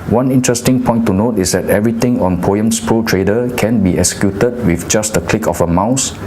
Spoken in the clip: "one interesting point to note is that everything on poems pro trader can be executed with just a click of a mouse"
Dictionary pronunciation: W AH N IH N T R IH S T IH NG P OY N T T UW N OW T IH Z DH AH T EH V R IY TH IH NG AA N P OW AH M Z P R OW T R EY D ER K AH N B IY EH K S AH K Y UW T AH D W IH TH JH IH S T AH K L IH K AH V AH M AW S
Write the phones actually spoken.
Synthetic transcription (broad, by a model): W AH N IH N T R IH S T IH NG P OY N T T UW N OW T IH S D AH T EH V R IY T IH NG AA N P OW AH M S P R OW T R EY D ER K AH N B IY EH K S AH K Y UW T AH D W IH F JH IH S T AH K L IH K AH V AH M AW S